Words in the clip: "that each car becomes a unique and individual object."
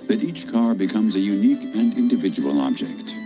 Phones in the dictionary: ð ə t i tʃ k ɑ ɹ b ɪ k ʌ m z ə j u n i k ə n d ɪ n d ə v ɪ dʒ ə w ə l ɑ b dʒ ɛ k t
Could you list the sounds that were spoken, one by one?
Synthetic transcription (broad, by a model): ð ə t i tʃ k ɑ ɹ b ɪ k ʌ m z ə j u n i k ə n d ɪ n d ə v ɪ dʒ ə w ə l ɑ b dʒ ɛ k t